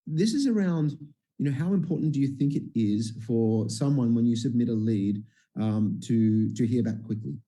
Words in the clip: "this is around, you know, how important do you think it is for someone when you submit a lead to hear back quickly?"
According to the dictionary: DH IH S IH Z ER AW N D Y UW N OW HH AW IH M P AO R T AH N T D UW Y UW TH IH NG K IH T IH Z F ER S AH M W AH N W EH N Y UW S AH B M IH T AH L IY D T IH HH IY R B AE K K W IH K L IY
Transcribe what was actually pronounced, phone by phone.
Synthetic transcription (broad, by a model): DH IH S IH Z ER AW N D Y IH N OW HH AW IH M P AO R T N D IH Y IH TH IH NG K IH T IH Z F ER S AH M W AH N W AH N Y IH S AH B M IH T AH L IY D T IH HH IY R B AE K K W IH K L IY